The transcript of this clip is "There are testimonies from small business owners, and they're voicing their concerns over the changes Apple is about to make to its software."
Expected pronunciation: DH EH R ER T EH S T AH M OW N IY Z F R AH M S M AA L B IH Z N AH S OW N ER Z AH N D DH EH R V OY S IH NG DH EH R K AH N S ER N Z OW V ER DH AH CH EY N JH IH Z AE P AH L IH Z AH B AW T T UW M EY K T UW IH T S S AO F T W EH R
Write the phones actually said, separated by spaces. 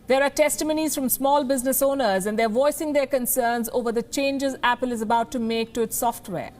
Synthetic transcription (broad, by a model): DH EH R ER T EH S T AH M OW N IY Z F R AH M S M AA L B IH Z N AH S OW N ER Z AH N D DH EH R V OY S IH NG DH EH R K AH N S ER N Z OW V ER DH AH CH EY N JH IH Z AE P AH L IH Z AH B AW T T UW M EY K T UW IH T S S AO F T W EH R